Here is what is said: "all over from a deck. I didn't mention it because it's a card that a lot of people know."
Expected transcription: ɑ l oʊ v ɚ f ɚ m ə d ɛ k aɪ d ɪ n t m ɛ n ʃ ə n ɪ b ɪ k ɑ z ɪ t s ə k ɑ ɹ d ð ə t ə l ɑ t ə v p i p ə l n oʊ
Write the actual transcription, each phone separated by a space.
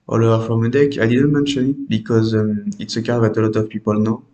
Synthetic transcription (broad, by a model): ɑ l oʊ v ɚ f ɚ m ə d ɛ k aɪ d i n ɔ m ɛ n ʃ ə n ɪ b ɪ k ɑ z ɪ t s ə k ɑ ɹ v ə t ə l ɑ t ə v p i p ə l n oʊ